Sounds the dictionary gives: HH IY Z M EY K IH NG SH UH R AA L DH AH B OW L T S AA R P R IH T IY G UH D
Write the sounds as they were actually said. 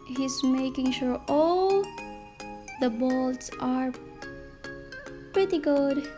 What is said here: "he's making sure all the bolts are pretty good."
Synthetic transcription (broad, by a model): HH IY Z M EY K IH NG SH UH R AA L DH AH B OW L T S AA R P R IH T IY G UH D